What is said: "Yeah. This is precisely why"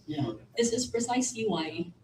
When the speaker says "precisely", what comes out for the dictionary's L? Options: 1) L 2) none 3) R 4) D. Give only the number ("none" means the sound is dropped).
2